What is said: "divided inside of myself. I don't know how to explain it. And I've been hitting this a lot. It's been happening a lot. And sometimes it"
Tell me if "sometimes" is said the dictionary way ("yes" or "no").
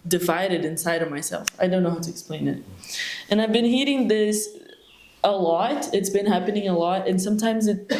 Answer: yes